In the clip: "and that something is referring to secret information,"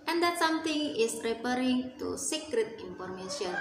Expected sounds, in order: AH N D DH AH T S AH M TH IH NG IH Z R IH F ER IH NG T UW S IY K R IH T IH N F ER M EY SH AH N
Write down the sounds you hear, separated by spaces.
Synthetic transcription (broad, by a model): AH N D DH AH T S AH M T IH NG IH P R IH P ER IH NG T UW S IY K R IH T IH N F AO M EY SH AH N